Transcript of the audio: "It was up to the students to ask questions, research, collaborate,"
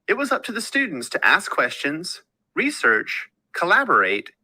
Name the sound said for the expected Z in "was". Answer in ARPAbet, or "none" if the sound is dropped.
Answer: Z